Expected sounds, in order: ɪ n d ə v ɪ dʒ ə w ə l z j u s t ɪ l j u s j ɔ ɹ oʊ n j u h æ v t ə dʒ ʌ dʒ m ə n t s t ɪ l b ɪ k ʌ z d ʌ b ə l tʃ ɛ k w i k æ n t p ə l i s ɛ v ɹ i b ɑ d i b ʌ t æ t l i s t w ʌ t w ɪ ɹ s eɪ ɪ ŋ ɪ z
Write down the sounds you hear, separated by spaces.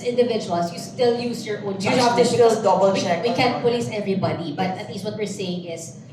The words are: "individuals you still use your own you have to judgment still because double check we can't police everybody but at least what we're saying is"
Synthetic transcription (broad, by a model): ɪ n d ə v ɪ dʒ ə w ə l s j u s t ɪ l j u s j ɔ ɹ t ə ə n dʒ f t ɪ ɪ ʌ d ʌ b ə l tʃ ɛ k w i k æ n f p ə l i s ɛ v ɹ i b ɑ d i b ʌ t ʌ t l i s t w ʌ t w ɪ ɹ s eɪ ɪ ŋ ɪ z